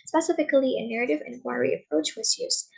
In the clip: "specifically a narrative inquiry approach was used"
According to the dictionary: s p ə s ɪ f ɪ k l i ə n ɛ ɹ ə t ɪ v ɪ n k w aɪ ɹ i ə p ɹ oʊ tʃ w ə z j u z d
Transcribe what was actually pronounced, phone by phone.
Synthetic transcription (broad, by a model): s p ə s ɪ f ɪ k l i ə n ɛ ɹ ə t ɪ v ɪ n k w aɪ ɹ i ə p ɹ oʊ tʃ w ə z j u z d